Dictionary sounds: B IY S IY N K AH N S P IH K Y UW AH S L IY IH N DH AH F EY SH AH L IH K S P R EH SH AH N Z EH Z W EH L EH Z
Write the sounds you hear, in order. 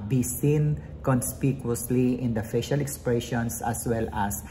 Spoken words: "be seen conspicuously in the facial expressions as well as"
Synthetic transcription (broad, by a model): B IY S IY N K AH N S P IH K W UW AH S L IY IH N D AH F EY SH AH L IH K S P R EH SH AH N S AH S W EH L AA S